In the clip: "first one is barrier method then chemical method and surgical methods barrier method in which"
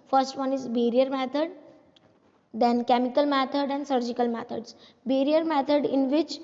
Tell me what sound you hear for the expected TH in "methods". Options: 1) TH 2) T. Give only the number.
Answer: 2